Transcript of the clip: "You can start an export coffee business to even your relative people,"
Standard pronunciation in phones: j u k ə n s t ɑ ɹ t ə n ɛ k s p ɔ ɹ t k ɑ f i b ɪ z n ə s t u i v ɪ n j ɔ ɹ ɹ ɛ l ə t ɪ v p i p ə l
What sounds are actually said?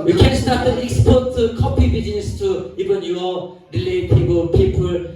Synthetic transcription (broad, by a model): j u k ə n s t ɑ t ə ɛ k s p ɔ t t k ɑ p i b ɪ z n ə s t u i v ɪ n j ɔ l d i l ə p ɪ p p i p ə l